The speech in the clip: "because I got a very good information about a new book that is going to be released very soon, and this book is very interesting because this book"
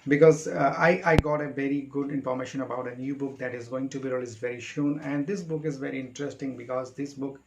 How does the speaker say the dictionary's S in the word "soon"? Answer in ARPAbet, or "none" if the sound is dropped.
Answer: SH